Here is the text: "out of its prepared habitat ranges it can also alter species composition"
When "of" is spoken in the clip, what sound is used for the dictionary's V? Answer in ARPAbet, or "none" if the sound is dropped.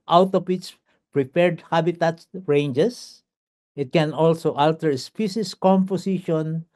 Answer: P